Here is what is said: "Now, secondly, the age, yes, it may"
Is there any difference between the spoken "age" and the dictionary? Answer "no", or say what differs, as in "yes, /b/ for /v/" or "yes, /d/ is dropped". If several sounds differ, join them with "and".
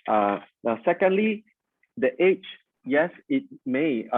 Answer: yes, /tʃ/ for /dʒ/